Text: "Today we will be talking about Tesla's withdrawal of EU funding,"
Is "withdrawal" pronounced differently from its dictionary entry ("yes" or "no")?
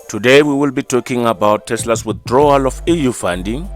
no